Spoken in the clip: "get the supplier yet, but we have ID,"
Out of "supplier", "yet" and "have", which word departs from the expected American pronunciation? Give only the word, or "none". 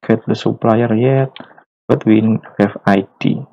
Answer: have